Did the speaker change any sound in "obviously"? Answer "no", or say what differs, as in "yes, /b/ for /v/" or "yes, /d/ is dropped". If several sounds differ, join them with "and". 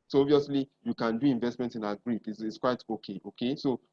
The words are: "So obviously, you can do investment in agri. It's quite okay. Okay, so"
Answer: yes, /b/ is dropped